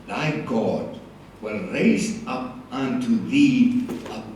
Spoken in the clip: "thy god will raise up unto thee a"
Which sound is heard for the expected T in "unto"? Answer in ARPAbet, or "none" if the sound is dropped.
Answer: T